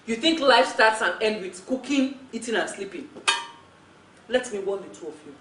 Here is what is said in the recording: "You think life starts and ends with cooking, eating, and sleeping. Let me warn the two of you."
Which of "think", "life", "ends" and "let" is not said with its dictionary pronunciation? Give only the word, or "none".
ends